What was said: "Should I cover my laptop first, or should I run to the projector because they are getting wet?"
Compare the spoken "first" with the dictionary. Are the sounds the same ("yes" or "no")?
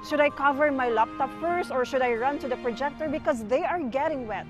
no